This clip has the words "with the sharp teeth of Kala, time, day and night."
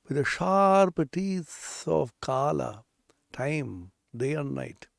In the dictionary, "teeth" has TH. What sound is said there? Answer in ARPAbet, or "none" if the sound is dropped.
S